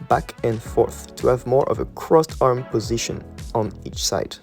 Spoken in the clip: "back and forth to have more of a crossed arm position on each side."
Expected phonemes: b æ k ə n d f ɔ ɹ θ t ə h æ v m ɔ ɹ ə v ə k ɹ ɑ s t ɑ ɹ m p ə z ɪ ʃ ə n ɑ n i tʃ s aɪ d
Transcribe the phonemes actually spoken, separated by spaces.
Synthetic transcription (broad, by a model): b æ k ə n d f ɔ ɹ θ t ə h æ v m ɔ ɹ ə v ə k ɹ ɑ s t ɑ ɹ m p ə z ɪ ʃ ə n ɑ n i tʃ s aɪ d